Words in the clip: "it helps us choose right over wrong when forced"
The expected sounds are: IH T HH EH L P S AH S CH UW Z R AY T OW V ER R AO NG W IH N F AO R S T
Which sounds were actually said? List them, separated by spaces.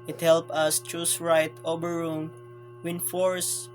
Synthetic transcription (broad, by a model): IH T HH EH L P AH S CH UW S R AY T OW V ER R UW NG W IH N F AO R S